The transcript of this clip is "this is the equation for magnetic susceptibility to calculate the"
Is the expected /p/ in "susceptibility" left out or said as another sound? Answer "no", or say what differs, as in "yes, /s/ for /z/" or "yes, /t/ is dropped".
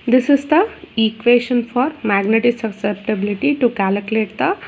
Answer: no